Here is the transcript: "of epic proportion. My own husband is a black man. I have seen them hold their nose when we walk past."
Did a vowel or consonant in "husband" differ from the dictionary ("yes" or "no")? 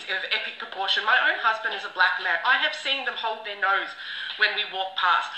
no